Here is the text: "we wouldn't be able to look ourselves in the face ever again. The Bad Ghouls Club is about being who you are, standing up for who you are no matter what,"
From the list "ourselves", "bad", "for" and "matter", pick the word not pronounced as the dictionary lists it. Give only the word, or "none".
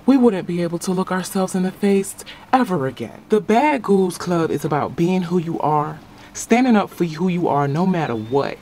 none